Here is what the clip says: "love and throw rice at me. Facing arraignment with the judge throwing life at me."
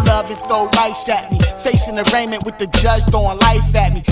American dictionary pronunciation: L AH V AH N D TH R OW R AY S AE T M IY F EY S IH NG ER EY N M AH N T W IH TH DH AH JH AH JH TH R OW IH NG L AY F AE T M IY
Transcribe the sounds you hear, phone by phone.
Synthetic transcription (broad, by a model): L AH V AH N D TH OW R AY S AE T M IY F EY S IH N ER EY N M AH N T W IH DH AH JH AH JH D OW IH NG L AY F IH T M IY